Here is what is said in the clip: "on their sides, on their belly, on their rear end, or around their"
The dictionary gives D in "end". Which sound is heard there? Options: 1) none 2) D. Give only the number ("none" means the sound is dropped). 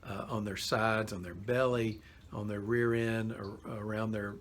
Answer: 1